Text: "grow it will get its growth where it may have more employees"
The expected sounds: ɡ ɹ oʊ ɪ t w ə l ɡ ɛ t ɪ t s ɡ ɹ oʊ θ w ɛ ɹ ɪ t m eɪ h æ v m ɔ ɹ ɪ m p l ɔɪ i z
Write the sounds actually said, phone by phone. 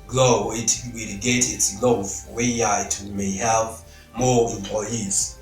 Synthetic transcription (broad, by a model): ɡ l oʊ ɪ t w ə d ɡ ɛ t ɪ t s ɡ l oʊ f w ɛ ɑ ɪ t m eɪ h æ v m ɔ ɹ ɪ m p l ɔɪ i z